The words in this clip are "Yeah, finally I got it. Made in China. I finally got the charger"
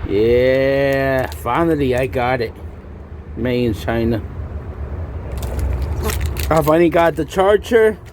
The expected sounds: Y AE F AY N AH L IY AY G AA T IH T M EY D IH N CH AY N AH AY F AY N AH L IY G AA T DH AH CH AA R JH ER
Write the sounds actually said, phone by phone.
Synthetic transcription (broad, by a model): Y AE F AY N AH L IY AY G AA T IH T M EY IH N CH AY N AH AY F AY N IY G AA T DH AH CH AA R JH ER